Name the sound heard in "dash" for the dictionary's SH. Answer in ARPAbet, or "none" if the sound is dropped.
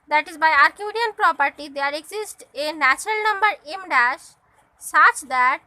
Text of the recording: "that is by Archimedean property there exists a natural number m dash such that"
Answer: SH